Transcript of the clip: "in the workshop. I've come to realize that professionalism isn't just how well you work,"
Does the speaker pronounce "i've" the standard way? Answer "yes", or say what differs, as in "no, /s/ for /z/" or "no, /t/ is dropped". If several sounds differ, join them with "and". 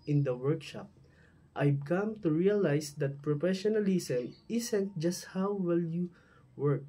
no, /b/ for /v/